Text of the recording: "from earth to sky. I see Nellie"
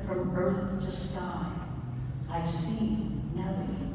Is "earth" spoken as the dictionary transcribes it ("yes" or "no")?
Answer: yes